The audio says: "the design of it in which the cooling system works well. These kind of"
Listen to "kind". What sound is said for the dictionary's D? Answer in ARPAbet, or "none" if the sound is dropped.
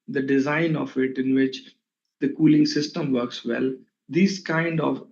D